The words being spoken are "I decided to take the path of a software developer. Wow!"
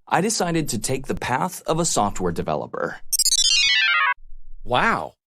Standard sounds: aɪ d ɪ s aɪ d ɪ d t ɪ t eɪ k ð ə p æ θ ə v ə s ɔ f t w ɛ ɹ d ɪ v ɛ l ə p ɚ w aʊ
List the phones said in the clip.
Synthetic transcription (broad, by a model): aɪ d ɪ s aɪ d ɪ d t ɪ t eɪ k ð ə p æ θ ə v ə s ɔ f t w ɛ ɹ d ɪ v ɛ l ə p ɚ w aʊ